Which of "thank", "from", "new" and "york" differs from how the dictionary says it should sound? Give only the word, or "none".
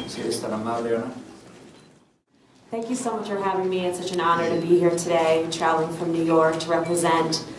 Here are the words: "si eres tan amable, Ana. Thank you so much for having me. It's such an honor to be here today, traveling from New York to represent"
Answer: none